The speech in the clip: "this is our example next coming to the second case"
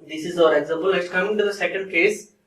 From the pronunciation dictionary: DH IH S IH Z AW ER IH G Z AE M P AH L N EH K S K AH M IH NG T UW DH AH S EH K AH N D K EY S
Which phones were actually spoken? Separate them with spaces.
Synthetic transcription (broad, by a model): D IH S IH Z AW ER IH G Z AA M P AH L L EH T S K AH M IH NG T UW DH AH S EH K AH N D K EY S